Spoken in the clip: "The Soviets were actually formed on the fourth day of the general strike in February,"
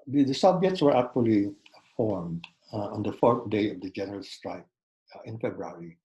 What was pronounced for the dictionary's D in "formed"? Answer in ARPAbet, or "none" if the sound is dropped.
D